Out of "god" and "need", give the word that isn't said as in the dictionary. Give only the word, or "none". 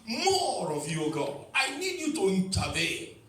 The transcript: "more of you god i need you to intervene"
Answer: god